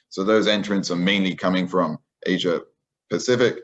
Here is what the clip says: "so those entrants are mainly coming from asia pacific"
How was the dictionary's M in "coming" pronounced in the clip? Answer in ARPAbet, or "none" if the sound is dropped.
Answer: M